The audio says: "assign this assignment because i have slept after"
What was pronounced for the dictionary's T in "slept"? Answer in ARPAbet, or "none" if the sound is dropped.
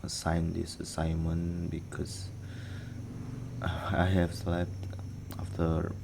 T